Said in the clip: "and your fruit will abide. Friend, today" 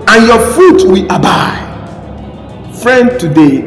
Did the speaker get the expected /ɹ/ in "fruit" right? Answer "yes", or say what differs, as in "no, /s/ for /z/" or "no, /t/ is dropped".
no, /ɹ/ is dropped